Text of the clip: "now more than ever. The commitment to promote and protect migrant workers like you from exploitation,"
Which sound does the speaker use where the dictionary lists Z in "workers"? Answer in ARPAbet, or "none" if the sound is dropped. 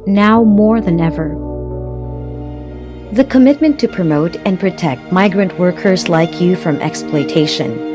Z